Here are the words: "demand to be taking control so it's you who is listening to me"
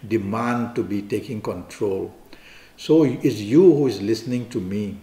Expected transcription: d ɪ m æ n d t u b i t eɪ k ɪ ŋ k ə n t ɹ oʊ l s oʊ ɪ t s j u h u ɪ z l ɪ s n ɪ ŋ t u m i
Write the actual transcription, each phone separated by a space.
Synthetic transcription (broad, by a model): d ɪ m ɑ n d t u b i t eɪ k ɪ ŋ k ə n t ɹ oʊ l s oʊ ɪ t s j u h u ɪ z l ɪ s n ɪ ŋ t u m i